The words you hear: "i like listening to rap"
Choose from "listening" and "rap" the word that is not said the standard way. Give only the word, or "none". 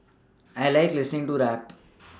none